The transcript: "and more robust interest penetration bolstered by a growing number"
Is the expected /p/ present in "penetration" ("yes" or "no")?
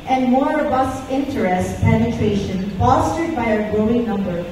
yes